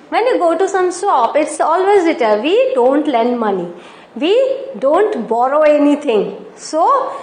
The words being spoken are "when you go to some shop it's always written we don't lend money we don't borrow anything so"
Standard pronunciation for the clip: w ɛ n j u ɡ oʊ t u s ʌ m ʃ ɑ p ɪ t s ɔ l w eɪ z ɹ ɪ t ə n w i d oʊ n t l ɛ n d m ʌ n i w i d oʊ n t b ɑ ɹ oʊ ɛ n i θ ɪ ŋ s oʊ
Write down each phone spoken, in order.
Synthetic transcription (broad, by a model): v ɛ n j u ɡ oʊ t u s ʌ m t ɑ p ɪ t s ɔ l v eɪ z l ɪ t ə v i d oʊ n t l ɛ n d m ʌ n i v i d oʊ n t b ɑ ɹ oʊ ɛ n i t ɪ ŋ s oʊ